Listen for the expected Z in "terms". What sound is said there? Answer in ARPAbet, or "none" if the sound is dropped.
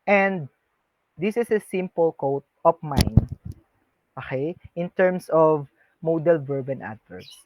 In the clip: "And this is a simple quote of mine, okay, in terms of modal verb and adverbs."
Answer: S